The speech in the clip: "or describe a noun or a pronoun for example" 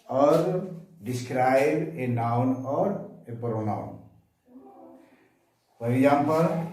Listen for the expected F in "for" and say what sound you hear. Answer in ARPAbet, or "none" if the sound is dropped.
P